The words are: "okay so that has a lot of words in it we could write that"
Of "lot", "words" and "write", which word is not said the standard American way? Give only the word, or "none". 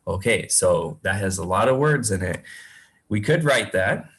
none